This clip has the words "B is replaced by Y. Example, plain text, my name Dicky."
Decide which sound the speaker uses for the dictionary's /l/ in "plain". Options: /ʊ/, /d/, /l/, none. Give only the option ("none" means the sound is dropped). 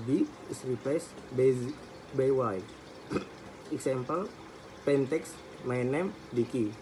none